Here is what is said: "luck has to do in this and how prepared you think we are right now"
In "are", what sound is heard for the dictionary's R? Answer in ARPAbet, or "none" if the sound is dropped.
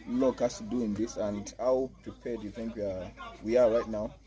W